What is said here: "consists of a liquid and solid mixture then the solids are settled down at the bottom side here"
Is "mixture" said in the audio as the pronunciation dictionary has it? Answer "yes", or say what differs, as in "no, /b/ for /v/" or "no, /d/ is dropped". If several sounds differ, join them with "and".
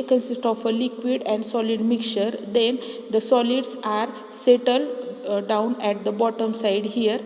no, /s/ is dropped